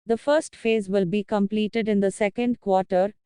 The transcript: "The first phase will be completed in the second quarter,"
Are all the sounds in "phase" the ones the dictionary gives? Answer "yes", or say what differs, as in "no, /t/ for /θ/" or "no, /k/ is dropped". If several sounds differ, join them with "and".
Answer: yes